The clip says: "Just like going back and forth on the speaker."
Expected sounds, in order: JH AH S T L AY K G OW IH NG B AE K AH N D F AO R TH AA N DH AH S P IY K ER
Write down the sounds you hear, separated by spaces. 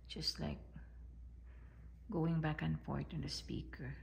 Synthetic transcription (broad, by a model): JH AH S T L AY K G OW IH NG B AE K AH N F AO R T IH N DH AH S P IY K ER